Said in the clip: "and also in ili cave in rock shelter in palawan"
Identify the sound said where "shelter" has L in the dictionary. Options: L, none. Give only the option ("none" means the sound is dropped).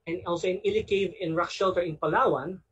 L